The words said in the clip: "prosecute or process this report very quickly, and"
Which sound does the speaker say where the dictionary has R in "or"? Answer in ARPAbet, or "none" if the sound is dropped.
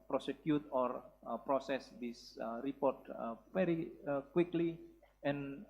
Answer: R